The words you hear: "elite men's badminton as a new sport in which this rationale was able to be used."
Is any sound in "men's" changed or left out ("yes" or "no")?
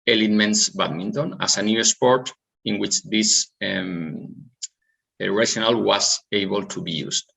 yes